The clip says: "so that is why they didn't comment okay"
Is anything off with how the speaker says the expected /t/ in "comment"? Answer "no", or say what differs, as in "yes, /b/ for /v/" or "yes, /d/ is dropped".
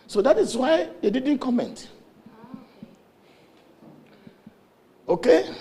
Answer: no